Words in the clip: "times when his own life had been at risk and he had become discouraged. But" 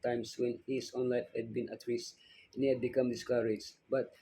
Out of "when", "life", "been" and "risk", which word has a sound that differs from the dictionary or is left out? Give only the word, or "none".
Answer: risk